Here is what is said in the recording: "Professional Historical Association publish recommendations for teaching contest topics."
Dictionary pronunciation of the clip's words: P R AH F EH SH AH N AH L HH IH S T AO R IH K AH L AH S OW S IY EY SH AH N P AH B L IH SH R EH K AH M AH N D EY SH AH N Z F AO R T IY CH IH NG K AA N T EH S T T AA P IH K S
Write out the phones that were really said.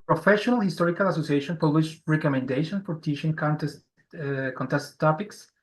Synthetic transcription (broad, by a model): P R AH F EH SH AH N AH L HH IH S T AO R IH K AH L AH S OW S IY EY SH AH N P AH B L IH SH R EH K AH M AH N D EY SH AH N F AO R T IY SH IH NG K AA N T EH S T T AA P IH K S